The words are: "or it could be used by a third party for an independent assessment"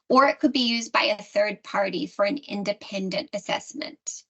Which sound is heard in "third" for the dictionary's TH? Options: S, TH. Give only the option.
TH